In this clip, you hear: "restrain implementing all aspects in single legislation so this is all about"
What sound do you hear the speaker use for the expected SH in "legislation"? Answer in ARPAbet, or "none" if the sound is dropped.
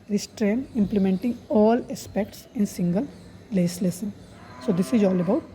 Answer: S